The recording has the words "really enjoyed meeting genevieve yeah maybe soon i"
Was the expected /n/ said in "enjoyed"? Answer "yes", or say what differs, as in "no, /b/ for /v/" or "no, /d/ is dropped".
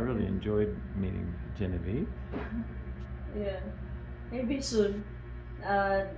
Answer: yes